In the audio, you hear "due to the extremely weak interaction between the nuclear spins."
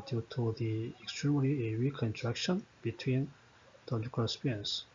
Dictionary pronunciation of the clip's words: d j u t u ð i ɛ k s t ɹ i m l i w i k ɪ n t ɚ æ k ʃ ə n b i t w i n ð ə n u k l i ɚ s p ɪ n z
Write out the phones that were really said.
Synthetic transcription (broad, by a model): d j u t u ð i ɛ k s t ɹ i m l i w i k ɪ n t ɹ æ k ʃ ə n b i t w i n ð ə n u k i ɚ s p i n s